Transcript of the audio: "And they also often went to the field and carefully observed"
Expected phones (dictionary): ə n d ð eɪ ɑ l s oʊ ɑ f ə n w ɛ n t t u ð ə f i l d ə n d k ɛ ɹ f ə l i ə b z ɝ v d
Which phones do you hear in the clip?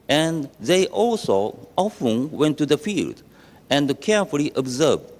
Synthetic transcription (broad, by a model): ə n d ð eɪ ɑ l s oʊ ɑ f ə n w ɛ n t t u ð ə f i l d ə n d k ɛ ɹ f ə l i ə b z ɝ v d